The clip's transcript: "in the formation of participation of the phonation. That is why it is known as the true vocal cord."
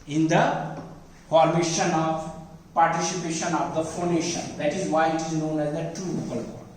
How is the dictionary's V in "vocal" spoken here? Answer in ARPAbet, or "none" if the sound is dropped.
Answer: P